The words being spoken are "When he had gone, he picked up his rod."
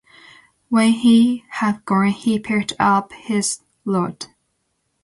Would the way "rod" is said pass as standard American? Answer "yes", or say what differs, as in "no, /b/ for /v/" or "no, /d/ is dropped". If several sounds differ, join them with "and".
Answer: no, /l/ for /ɹ/